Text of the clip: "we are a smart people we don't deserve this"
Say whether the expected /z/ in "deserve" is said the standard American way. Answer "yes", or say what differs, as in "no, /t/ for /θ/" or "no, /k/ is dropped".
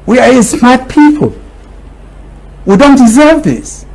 yes